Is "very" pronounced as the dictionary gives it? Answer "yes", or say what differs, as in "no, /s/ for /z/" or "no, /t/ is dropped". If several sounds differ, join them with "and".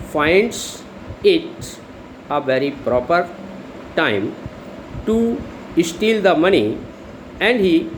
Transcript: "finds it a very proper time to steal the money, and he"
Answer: yes